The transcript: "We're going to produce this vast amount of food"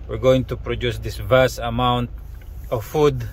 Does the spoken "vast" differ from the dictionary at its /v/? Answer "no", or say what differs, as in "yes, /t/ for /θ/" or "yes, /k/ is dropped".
no